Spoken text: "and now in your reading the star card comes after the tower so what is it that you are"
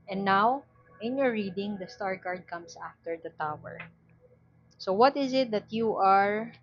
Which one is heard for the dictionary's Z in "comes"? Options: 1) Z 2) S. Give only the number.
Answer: 2